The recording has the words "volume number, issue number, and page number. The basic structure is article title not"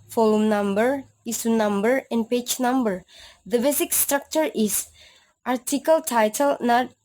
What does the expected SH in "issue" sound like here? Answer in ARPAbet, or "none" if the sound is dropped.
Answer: S